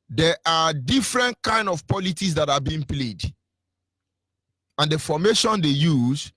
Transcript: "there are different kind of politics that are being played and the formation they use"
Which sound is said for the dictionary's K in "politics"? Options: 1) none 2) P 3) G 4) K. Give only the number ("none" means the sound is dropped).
1